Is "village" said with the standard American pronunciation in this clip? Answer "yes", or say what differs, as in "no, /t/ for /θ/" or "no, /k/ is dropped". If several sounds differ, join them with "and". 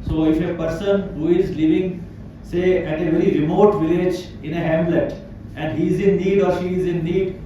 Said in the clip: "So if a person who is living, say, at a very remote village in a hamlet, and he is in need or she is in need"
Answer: yes